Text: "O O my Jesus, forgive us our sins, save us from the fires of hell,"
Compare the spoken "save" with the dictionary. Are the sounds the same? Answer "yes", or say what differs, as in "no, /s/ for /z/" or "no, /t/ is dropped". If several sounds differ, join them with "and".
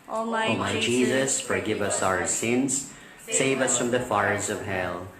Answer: yes